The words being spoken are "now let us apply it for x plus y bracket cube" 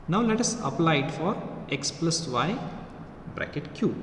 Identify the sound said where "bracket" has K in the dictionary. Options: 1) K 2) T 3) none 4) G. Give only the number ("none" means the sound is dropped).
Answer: 1